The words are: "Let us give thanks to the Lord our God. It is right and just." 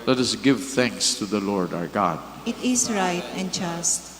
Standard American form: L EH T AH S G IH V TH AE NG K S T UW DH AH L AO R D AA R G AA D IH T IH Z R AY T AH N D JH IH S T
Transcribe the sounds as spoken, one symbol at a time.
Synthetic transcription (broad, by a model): L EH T AH S G IH V TH AE NG K S T UW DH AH L AO R D AA R G AA D IH T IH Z R AY T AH N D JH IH S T